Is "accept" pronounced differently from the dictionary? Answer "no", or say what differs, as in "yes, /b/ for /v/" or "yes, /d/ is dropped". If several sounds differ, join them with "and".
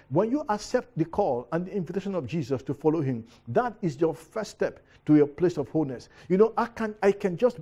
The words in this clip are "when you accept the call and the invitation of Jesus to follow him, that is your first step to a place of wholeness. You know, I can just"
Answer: no